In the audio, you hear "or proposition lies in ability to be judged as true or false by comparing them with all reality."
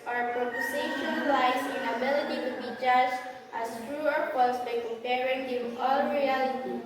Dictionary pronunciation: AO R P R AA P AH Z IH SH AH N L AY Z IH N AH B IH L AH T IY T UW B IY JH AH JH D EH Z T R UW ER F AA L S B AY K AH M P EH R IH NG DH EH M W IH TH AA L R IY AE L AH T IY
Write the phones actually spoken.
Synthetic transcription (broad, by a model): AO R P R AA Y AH S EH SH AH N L AY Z IH N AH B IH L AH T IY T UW B IY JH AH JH AA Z T R UW ER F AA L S B AY K AH M P EH R IH NG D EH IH AA L R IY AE L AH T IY